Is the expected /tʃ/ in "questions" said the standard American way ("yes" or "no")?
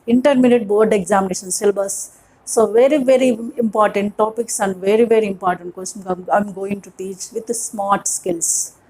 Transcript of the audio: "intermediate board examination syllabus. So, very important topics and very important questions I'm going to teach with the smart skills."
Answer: no